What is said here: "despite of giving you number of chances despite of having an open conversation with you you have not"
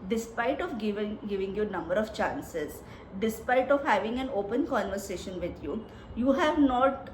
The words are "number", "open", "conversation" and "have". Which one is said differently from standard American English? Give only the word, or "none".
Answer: none